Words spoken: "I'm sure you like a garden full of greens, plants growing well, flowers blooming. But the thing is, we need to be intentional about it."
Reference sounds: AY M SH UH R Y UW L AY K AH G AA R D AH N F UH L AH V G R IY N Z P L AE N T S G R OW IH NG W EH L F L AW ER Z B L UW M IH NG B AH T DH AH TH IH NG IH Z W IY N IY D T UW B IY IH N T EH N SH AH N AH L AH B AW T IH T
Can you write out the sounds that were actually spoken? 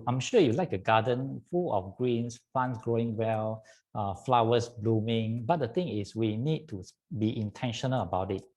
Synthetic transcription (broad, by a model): AY M SH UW Y UW L AY K AH G AA D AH N F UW L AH F G R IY N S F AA N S G R OW IH NG W EH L F L AW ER S B L UW M IH NG B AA T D AH T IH NG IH S W IY N IY D T UW B IY IH N T EH N SH AH N AH L AH B AW T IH T